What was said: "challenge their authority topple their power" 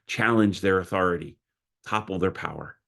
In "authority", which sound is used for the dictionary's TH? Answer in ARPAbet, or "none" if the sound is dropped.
TH